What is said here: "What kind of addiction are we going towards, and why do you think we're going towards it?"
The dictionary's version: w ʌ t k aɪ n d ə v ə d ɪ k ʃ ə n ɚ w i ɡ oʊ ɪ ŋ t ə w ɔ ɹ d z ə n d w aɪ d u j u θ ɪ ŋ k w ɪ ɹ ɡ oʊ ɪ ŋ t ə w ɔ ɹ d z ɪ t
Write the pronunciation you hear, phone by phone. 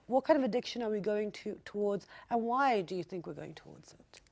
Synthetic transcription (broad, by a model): w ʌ t k aɪ n d ə v ə d ɪ k ʃ ə n ɚ w i ɡ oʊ ɪ ŋ t ə w ɔ ɹ d z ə n w aɪ d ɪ j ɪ θ ɪ ŋ k w ɪ ɹ ɡ oʊ ɪ ŋ t ə w ɔ ɹ d z ɪ t